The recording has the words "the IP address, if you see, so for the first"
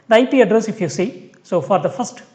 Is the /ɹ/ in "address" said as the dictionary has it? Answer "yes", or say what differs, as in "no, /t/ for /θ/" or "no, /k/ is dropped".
yes